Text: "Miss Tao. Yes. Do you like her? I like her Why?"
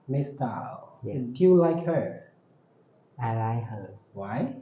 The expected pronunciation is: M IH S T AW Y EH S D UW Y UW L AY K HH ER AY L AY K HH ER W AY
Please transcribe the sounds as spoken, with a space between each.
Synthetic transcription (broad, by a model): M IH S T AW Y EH D Y UW L AY K HH ER AY L AY K HH ER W AY